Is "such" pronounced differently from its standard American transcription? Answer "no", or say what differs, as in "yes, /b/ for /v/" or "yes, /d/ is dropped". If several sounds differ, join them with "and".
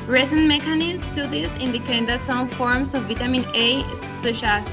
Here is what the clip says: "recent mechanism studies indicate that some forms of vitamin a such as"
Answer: yes, /ʃ/ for /tʃ/